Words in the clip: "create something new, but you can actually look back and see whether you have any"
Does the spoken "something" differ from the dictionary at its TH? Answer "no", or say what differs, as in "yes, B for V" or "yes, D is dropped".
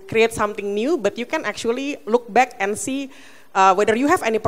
yes, T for TH